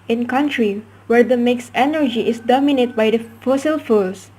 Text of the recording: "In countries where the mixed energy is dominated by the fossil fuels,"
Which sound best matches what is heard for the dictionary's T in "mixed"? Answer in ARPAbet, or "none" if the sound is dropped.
none